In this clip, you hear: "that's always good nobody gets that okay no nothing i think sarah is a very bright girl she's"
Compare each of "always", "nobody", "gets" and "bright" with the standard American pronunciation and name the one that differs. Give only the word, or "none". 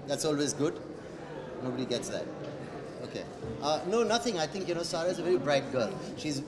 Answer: none